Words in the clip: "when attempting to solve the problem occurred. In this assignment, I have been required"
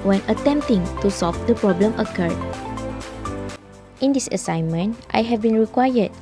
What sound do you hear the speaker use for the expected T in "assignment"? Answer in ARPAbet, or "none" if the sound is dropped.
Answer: T